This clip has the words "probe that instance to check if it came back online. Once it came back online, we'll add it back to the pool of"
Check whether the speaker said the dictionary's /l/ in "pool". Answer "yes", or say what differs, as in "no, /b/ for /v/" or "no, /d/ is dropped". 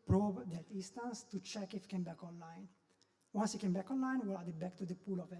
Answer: yes